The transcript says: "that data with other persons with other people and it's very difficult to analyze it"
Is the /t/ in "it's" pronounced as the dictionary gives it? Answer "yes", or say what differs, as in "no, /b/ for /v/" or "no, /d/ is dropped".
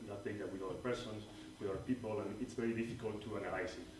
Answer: yes